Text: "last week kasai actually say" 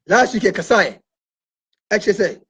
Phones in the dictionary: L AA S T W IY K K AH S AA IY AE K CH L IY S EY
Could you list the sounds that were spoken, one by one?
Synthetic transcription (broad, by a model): L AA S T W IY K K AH S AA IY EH CH IY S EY